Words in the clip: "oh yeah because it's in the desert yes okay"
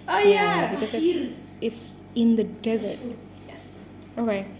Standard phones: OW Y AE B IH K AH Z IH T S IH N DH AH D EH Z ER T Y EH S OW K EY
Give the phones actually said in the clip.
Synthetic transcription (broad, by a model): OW Y AE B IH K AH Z IH T S IH N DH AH D EH Z ER T Y EH S OW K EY